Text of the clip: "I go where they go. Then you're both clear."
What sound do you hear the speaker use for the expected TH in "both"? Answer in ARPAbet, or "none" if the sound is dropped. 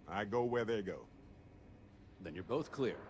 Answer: TH